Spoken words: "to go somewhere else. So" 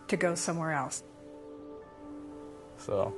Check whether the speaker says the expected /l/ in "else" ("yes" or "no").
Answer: yes